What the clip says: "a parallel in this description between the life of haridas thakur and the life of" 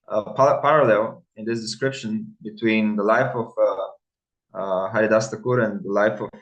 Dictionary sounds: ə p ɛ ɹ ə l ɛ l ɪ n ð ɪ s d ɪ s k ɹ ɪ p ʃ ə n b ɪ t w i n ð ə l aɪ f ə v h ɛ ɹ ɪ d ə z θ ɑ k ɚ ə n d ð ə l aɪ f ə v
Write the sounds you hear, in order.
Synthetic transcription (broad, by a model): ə p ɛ ɹ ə l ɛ l ɪ n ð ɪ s d ɪ s k ɹ ɪ p ʃ ə n b ɪ t w i n ð ə l aɪ f ə v h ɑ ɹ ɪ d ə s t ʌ k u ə n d ð ə l aɪ f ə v